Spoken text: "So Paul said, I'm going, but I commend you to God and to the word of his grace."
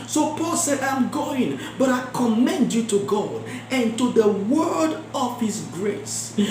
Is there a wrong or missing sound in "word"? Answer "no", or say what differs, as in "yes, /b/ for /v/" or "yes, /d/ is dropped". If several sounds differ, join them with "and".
no